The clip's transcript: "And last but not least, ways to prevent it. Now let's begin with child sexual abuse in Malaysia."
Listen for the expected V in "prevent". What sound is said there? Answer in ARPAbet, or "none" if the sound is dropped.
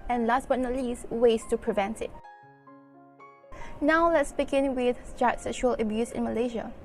V